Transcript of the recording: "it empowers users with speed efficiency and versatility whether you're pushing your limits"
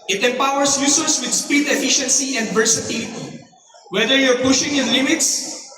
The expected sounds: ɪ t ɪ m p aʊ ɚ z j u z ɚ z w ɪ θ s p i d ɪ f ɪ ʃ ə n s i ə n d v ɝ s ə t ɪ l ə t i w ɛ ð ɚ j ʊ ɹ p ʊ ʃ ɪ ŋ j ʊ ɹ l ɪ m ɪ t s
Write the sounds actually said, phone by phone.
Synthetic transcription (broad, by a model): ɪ t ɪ m p aʊ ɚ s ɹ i s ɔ s w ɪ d s p i d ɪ f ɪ ʃ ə n s i ə n d p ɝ s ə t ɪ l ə t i w ɛ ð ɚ j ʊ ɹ p ʊ ʃ ɪ ŋ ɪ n l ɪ m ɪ t s